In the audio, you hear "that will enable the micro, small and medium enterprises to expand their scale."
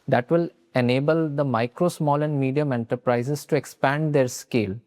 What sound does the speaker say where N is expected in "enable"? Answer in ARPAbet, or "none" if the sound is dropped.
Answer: N